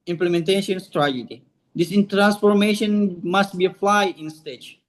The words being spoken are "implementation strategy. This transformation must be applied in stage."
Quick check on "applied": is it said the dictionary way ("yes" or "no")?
no